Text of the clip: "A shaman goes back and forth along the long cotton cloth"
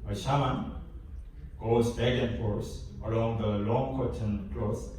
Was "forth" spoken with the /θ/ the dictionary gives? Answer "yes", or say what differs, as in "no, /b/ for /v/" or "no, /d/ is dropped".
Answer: no, /s/ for /θ/